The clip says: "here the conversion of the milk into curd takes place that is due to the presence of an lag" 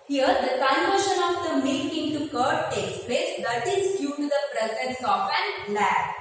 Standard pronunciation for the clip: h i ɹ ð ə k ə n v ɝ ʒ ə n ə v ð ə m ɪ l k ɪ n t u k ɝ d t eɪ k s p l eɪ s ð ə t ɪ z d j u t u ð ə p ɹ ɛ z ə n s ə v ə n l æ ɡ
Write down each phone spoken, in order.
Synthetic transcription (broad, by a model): h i ɹ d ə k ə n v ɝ ʃ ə n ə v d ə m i k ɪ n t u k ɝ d t eɪ k s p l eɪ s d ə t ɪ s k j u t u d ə p ɹ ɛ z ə n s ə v ə n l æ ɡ